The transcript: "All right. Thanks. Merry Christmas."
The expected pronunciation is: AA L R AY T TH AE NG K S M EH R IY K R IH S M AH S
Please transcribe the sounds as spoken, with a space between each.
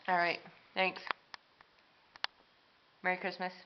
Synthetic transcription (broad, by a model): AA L R AY T TH AE NG K S M EH R IY K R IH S M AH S